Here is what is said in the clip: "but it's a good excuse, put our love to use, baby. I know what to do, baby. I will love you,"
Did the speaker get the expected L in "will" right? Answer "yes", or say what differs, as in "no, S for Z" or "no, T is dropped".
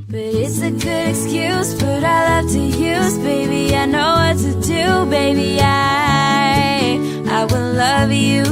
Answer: no, W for L